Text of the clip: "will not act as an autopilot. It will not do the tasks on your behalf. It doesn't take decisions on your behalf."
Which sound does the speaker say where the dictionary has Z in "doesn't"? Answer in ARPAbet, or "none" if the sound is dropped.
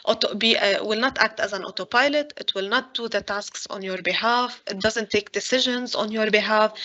Z